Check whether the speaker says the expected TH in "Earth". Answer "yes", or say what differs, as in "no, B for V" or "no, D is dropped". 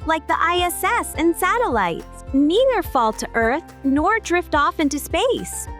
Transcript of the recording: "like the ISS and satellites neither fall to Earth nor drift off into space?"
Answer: yes